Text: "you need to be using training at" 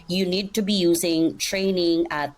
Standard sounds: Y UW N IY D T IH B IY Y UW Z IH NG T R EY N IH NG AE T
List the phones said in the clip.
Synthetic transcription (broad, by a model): Y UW N IY D T IH B IY Y UW Z IH NG T R EY N IH NG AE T